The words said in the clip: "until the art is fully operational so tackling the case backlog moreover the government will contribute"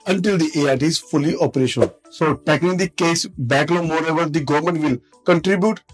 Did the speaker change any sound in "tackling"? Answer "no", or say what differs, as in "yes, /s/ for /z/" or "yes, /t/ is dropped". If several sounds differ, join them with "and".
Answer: yes, /l/ is dropped